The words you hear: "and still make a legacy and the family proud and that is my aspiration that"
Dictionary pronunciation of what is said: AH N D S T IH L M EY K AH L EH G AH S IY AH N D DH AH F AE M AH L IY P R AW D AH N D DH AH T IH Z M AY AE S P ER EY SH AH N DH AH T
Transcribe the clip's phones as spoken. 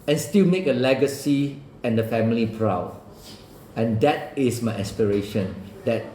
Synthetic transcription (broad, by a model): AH N S T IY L M EY K AH L EH G AH S IY AH N D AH F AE M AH L IY P R AW D AH N D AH T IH S M AY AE S P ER EY SH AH N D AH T